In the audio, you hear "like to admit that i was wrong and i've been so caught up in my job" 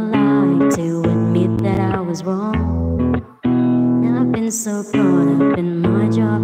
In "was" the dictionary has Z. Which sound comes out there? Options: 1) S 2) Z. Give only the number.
2